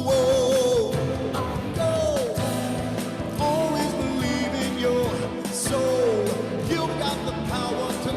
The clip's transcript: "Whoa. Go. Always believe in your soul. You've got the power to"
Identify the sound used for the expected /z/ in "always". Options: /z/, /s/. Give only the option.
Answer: /z/